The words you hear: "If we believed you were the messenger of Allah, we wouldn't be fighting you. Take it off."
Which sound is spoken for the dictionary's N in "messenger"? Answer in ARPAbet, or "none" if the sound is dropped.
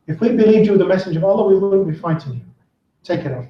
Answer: none